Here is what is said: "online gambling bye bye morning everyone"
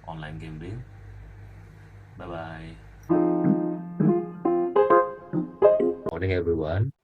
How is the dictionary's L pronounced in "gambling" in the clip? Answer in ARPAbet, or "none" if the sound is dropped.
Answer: none